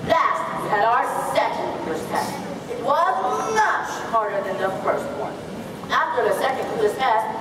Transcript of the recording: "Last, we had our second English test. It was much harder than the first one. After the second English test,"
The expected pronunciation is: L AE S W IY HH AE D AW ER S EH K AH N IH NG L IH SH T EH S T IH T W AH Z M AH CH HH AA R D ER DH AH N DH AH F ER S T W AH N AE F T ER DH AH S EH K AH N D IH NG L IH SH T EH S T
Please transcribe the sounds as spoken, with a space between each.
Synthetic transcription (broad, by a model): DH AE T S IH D AW ER S EH K AH N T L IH S T EH S T IH T W AH Z M AH CH HH AA R D ER DH AH N DH AH F ER S T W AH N AE F T ER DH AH S EH K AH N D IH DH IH S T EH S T